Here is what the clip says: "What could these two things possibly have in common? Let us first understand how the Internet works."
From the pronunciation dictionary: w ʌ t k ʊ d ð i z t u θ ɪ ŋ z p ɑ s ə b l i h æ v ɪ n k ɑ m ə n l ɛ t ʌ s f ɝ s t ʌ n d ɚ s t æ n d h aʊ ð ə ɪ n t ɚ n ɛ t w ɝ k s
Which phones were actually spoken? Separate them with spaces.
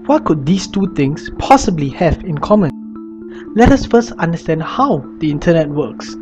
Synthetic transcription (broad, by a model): w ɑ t k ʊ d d i s t u t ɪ ŋ s p ɑ s ə b l i h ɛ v ɪ n k ɑ m ə n l ɛ t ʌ s f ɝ s t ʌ n d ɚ s t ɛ n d h aʊ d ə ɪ n t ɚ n ɛ t w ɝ k s